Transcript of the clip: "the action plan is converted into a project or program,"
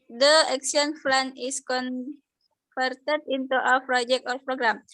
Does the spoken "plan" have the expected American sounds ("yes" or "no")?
no